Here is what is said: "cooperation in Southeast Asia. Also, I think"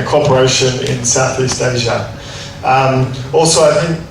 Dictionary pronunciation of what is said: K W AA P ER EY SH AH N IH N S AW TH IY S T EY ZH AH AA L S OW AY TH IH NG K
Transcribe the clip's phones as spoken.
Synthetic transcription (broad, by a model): K AA P ER EY SH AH N IH N S AW TH IY S T EY ZH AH AA L S OW AY TH IH NG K